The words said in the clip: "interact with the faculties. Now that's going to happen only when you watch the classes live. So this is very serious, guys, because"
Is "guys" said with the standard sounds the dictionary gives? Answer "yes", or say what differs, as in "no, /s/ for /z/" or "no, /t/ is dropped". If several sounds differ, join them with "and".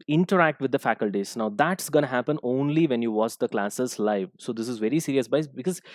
no, /z/ is dropped